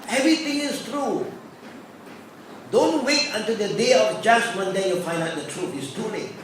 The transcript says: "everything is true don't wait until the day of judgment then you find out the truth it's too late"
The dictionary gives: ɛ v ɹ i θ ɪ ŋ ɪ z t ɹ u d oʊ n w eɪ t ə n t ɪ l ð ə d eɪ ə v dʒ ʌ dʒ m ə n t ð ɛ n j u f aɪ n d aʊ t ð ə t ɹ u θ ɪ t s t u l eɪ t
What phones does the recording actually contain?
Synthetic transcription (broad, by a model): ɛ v ɹ i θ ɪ ŋ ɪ s t ɹ u d oʊ n w eɪ t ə n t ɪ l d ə d eɪ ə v dʒ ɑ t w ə n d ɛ j u f aɪ n d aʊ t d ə t ɹ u t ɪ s t u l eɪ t